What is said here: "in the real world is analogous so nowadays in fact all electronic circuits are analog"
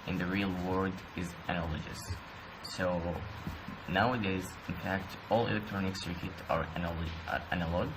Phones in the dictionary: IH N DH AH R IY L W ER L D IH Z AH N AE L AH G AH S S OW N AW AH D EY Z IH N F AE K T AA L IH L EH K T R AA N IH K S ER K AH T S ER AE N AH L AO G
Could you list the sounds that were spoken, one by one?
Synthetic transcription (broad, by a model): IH N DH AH R IY L W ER D IH Z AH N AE L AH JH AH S S OW N AW AH D EY Z IH N F AE K T AA L IH L EH K T R AA N IH K S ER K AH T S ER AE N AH L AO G